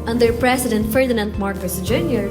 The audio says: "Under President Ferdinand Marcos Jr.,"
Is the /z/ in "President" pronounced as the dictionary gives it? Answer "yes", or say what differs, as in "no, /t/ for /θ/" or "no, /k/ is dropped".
no, /s/ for /z/